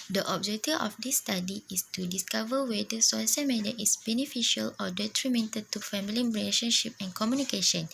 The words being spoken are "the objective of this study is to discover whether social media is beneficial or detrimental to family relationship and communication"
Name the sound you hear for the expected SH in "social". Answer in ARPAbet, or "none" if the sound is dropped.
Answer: S